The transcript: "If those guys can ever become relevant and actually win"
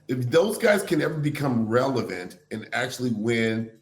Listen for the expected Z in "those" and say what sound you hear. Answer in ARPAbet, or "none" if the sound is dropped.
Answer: Z